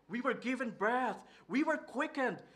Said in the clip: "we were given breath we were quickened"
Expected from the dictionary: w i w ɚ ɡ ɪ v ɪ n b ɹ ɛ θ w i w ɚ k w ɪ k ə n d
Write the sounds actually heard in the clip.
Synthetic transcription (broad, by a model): w i w ɚ ɡ ɪ v ɪ n b ɹ ɛ θ w i w ɚ k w ɪ k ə n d